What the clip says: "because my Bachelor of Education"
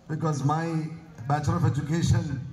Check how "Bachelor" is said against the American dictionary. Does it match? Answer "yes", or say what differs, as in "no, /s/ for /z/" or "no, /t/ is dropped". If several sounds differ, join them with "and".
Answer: no, /l/ is dropped